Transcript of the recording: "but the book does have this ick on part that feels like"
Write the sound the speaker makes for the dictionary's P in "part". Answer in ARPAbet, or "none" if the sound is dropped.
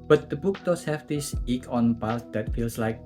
B